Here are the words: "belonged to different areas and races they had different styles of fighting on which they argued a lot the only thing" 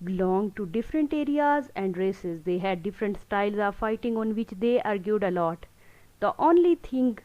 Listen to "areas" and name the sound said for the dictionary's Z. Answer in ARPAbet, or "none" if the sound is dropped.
Z